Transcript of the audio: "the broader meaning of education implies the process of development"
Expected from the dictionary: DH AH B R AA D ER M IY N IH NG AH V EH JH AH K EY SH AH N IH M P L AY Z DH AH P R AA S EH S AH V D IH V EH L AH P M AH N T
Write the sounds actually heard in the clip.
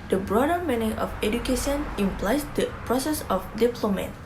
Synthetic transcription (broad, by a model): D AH B R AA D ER M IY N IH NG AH F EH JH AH K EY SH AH N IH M P L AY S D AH P R AA S EH S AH F D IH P L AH M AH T